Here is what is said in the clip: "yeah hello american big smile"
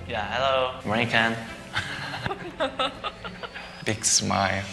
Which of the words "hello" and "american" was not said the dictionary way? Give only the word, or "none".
american